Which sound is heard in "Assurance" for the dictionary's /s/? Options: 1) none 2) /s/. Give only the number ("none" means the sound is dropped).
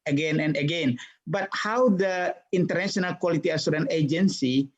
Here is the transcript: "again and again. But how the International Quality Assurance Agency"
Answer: 1